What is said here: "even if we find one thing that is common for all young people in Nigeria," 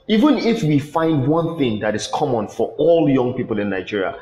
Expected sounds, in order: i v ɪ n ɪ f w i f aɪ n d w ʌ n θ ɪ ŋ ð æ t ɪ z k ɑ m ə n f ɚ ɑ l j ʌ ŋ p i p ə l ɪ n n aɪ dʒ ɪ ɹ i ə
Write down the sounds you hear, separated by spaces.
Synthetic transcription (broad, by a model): i v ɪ n ɪ f w i f aɪ n d w ʌ n θ ɪ ŋ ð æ t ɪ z k ɑ m ə n f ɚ ɑ l j ʌ ŋ p i p ə l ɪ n n aɪ dʒ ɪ ɹ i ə